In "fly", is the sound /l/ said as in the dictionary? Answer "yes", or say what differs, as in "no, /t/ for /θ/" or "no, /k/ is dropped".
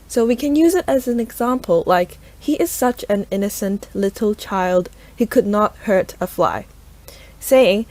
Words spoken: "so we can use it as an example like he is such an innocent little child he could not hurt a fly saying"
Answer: yes